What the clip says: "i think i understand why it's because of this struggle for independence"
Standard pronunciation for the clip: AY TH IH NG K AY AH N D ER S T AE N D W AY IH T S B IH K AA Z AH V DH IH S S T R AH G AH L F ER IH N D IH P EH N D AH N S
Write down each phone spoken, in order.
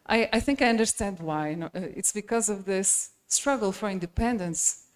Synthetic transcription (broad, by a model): AY TH IH NG K AY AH N D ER S T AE N D W AY IH T S B IH K AA Z AH V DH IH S S T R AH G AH L F ER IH N D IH P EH N D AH N S